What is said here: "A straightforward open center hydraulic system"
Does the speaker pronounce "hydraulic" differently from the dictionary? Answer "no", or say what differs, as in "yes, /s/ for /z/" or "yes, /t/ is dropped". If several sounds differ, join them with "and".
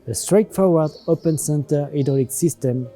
yes, /ɹ/ is dropped